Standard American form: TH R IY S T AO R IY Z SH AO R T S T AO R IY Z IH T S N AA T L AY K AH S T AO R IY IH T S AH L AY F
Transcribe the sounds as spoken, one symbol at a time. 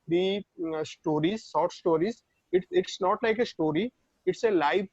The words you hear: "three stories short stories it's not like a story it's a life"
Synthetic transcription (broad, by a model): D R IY S T AO R IY Z S AO R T S T AO R IY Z IH T S N AA T L AY K AH S T AO R IY IH T S AH L AY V